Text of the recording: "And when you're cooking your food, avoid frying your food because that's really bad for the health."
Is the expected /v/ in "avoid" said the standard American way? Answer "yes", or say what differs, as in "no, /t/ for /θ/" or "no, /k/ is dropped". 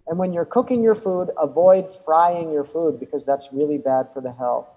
yes